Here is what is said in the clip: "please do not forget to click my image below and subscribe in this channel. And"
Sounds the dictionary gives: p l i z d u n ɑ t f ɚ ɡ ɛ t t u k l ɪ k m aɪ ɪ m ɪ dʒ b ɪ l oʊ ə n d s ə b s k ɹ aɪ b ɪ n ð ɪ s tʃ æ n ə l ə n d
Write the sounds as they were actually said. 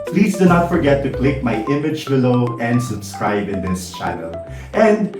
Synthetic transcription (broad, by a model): p l i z d u n ɑ t f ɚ ɡ ɛ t t u k l ɪ k m aɪ ɪ m ɪ dʒ b ɪ l oʊ ə n d s ə b s k ɹ aɪ b ɪ n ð ɪ s tʃ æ n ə l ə n d